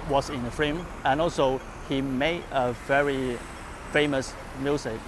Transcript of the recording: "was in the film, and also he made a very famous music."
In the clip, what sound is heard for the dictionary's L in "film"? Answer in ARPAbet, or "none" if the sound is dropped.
none